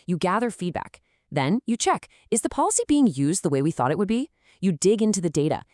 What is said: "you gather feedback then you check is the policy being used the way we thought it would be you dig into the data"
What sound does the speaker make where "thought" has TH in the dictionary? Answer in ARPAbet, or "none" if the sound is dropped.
TH